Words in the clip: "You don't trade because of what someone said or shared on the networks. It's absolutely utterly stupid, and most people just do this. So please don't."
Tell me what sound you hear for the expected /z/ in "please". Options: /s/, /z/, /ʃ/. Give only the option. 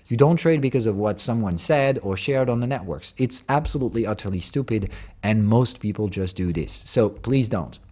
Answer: /z/